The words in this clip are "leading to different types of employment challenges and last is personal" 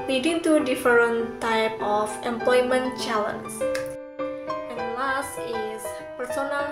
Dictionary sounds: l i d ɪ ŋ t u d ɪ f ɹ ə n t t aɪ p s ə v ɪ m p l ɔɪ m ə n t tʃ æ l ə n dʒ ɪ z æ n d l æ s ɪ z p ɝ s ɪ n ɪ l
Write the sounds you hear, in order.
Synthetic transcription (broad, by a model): l i d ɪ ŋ t u d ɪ f ɹ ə n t t aɪ p ə f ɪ m p l ɔɪ m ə n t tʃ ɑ l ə n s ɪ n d l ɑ s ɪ s p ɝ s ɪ n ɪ l